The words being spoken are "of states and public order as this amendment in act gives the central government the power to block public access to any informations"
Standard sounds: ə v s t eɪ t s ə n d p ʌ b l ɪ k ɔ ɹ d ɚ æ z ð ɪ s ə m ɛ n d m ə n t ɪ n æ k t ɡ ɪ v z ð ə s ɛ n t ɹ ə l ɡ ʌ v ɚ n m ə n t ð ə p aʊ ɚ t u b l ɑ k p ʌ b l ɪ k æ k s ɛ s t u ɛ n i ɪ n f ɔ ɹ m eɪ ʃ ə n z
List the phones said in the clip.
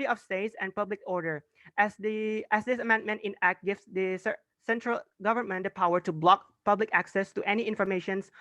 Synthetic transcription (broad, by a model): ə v s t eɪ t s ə n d p ʌ b l ɪ k ɔ ɹ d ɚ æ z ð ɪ s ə m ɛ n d m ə n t ɪ n æ k t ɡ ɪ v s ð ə s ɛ n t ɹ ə l ɡ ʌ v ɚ n m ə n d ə p aʊ ɚ t u b l ɑ k p ʌ b l ɪ k æ k s ɛ s t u ɛ n i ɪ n f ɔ ɹ m eɪ ʃ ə n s